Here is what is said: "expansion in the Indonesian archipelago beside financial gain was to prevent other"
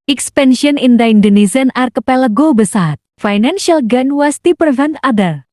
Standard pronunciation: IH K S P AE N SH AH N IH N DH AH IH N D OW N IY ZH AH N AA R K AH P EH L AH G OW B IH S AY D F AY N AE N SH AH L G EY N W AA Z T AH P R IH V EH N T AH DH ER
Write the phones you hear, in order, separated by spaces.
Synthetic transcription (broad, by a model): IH K S P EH N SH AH N IH N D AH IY N D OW N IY S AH N AA R K AH P EH L AH G OW B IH S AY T F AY N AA N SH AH L G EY N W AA S T AH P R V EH N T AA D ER